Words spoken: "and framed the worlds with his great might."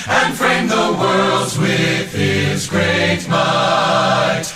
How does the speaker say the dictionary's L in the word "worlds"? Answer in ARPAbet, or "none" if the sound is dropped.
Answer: L